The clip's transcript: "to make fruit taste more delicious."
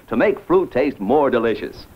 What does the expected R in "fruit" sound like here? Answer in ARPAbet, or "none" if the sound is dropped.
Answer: R